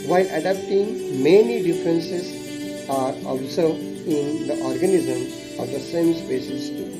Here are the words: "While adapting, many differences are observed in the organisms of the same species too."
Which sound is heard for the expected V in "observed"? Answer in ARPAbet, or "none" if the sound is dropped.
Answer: none